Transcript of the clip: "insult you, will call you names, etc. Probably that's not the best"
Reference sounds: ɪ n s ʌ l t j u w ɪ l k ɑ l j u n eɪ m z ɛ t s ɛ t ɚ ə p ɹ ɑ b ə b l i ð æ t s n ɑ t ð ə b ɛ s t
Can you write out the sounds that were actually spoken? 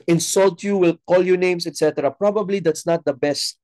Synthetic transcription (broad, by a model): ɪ n s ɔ l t j u w ɪ l k ɑ l j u n eɪ m s ɛ t s ɛ t ɚ ə p ɹ ɑ b ə b l i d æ t s n ɑ t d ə b ɛ s t